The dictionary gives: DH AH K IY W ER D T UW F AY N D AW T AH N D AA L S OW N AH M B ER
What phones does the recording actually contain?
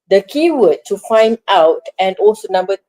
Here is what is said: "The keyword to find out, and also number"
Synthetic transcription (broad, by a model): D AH K IY W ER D T UW F AY N D AW T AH N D AA L S OW N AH M B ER